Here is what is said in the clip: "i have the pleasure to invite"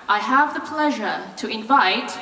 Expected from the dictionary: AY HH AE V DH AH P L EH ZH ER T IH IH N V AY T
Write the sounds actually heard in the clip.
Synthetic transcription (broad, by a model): AY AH V DH AH P L EH ZH ER T IH IH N V AY T